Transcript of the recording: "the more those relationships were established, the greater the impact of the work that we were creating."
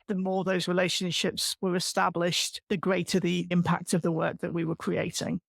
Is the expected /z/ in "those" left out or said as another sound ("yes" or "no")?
no